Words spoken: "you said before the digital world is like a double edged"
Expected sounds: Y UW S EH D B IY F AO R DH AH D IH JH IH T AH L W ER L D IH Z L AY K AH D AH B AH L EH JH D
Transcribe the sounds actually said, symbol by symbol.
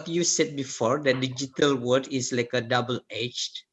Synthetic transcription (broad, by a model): Y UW S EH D B IY F AO R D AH D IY JH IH T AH L W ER D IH S L AY K AH D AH B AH L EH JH